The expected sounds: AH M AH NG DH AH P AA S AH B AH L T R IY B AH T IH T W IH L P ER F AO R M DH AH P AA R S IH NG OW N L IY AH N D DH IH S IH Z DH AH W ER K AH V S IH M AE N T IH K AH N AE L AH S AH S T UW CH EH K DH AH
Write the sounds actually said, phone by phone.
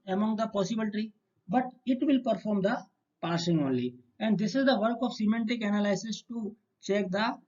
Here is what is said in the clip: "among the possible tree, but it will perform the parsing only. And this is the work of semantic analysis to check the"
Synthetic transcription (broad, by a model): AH M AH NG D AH P AA S AH B AH L T IY B AH T IH T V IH L P ER F AO R M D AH P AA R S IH NG OW N L IY AH N D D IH S IH Z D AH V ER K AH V S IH M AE N T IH K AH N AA L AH S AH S T UW CH EH K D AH